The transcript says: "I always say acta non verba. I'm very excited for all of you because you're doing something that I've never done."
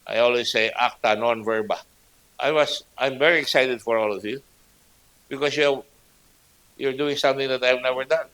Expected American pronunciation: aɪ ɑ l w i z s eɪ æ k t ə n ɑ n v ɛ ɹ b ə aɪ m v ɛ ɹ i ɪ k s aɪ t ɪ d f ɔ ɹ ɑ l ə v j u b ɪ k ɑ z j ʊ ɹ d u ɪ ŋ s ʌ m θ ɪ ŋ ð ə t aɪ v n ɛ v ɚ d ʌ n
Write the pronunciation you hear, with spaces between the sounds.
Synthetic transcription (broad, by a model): aɪ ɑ l w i s eɪ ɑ k t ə n ɑ n v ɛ ɹ b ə aɪ m v ɛ ɹ i ɪ k s aɪ t ɪ d f ɔ ɹ ɑ l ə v j u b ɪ k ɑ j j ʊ ɹ d u ɪ ŋ s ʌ m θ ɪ ŋ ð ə t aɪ v n ɛ v ɚ d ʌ n